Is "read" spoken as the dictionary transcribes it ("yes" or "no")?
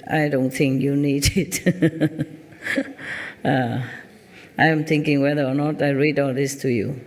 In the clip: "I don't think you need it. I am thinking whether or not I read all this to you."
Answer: yes